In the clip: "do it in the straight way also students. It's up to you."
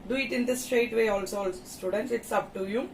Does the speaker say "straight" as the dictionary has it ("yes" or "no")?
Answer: yes